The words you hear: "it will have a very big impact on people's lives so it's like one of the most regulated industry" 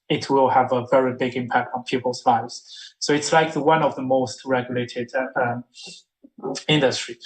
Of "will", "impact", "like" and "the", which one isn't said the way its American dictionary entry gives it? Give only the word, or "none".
none